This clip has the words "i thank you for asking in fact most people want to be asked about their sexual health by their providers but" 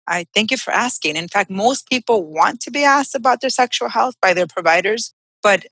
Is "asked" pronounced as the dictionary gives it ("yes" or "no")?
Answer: yes